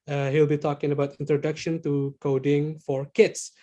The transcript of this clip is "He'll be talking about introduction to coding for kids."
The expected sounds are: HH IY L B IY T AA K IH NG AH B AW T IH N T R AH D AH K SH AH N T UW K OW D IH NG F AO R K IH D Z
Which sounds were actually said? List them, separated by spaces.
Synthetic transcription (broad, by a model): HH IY L B IY T AA K IH NG AH B AW T IH N T R AH D AH K SH AH N T UW K OW D IH NG F AO R K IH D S